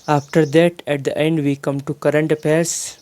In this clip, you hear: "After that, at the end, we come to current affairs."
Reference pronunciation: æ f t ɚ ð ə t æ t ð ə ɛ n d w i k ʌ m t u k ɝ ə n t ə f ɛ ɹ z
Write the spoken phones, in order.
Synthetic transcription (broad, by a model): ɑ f t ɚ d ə t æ t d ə ɛ n d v i k ʌ m t u k ɝ ə n t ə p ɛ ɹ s